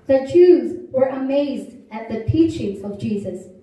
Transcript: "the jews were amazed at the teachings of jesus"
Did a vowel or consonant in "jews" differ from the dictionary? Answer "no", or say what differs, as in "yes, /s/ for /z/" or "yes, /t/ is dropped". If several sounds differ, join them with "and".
no